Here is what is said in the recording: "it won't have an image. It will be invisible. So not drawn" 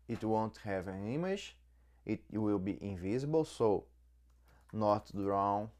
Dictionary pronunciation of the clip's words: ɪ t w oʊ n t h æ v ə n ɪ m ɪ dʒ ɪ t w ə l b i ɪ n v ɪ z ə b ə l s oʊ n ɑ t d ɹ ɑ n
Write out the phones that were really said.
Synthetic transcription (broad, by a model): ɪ t w oʊ n t h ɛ v ə n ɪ m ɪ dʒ ɪ t w ə l b i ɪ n v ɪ z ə b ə l s oʊ n ɑ t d ɹ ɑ n